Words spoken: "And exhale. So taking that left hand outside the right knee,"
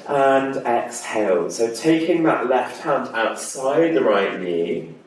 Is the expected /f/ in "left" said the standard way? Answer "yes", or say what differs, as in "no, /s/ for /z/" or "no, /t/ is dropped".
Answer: yes